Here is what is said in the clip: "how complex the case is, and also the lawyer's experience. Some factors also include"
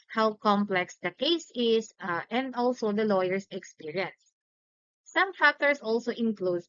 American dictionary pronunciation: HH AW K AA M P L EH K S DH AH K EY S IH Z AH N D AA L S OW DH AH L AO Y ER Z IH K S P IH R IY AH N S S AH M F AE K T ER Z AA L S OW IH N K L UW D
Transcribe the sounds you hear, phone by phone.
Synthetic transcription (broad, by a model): HH AW K AA M P L EH K S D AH K EY S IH S AH N D AA L S OW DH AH L AO Y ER S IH K S P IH R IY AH N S S AH M F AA K T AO S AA L S OW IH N K L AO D